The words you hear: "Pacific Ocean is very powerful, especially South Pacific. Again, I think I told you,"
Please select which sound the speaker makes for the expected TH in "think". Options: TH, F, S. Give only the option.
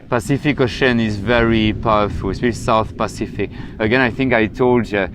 TH